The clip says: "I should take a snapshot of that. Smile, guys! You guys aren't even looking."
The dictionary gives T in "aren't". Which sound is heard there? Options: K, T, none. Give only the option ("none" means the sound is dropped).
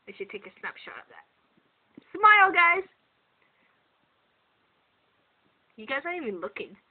none